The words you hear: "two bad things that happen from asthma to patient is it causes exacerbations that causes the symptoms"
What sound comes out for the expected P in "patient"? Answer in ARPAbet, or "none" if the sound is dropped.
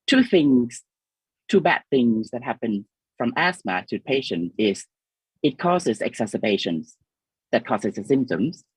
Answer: P